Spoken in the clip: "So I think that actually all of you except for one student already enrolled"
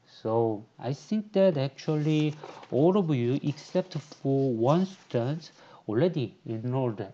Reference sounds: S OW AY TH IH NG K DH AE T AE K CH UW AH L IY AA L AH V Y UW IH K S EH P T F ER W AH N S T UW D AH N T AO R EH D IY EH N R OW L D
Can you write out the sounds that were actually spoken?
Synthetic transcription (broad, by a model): S OW AY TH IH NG K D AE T AE K CH UW AH L IY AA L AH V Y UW IH K S EH P T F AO W AH N S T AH N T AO L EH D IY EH N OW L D